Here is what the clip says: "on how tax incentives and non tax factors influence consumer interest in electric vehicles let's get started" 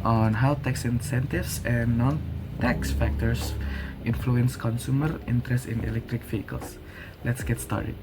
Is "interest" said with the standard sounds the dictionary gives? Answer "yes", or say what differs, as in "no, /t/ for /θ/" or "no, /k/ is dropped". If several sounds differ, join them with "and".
yes